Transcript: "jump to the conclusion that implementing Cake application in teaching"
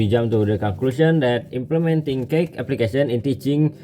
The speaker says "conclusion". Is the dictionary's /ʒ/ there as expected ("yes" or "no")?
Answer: no